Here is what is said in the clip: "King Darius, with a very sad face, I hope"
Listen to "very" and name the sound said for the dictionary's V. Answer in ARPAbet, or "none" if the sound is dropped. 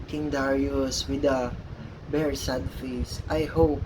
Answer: B